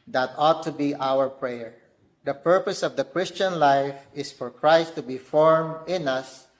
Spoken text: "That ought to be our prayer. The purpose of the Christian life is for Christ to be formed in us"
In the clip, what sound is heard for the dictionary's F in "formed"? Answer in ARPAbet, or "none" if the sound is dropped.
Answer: F